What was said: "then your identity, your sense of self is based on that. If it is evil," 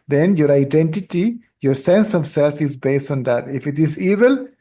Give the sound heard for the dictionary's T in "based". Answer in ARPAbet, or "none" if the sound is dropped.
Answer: T